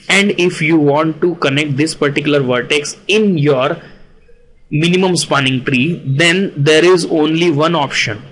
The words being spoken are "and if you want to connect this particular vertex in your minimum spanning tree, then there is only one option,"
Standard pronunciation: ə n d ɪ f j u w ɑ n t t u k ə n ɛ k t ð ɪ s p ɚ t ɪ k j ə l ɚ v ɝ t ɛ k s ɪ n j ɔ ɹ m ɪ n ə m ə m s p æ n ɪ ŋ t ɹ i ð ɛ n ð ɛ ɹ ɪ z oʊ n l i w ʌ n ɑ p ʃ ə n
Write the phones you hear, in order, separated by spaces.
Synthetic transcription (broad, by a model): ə n d ɪ f j u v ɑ n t t u k ə n ɛ k t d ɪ s p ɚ t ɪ k j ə l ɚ v ɝ t ɛ k s ɪ n j ɔ ɹ m ɪ n ə m ə m s p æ n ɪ ŋ t ɹ i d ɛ n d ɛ ɹ ɪ z oʊ n l i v ʌ n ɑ p ʃ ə n